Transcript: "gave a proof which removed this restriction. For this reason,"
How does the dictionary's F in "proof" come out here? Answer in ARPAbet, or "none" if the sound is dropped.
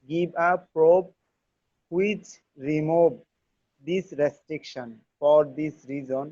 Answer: P